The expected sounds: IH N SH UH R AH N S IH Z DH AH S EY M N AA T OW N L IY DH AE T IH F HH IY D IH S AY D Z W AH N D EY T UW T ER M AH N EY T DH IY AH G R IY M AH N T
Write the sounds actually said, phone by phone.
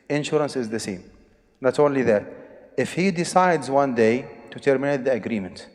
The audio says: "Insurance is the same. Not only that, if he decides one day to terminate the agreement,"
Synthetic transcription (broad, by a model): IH N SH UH R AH N S IH Z DH AH S EY M N AA T OW N L IY DH AE T IH F HH IY D IH S AY D Z W AH N D EY T UW T ER M AH N EY T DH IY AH G R IY M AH N T